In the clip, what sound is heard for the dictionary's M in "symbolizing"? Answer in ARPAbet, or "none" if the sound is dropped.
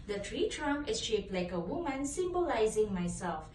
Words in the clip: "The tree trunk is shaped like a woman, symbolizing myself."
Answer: M